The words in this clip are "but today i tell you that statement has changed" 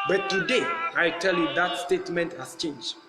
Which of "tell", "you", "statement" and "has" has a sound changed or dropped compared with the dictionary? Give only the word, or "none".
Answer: has